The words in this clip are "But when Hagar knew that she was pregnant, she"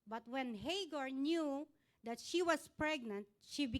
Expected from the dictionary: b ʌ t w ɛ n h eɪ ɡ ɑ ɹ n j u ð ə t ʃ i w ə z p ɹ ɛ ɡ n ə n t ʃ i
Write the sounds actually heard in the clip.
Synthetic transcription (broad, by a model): b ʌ t w ɛ n h eɪ ɡ ɑ ɹ n j u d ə t ʃ i w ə s p ɹ ɛ ɡ n ə n t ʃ i